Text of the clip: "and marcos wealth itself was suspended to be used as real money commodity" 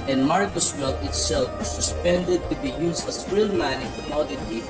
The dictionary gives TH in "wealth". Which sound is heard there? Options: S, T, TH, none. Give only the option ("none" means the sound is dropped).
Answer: T